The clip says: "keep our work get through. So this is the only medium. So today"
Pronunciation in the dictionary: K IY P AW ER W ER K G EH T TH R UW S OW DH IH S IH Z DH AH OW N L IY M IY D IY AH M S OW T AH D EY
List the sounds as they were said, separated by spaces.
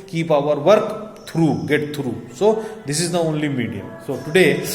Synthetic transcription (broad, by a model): K IY P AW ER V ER K G EH T T R UW S OW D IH S IH Z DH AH OW N L IY M IY D IY AH M S OW T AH D EY